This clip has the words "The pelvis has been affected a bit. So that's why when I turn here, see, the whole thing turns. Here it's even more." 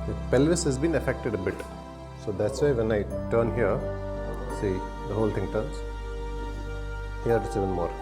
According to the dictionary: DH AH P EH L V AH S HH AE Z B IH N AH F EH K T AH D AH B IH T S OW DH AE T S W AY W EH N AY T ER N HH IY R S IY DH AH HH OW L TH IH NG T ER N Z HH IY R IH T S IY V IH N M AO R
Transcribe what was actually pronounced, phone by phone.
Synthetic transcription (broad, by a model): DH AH P EH L V AH S HH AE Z B IH N AH F EH K T AH D AH B IH T S OW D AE T S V AY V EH N AY T ER N HH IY R S IY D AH HH OW L T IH NG T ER N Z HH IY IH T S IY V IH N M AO R